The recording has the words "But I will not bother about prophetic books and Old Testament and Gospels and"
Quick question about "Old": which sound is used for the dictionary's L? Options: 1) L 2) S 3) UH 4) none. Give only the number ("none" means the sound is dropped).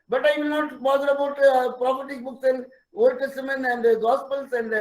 4